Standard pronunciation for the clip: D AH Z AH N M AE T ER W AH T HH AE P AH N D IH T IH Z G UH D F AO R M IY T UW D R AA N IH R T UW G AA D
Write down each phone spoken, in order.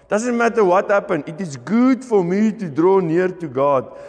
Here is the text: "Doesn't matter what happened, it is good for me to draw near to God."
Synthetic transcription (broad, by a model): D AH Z AH N M AE T ER W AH T HH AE P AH N IH T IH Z G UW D F AO R M IY T UW D R AA N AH R T UW G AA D